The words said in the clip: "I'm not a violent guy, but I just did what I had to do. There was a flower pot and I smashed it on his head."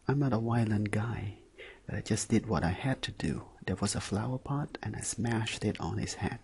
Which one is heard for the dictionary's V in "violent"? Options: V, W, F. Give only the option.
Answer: W